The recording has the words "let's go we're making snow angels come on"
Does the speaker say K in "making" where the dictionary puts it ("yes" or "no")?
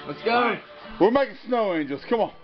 no